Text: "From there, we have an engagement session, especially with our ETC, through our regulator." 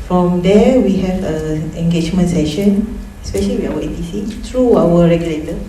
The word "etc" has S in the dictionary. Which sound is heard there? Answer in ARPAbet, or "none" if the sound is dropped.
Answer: none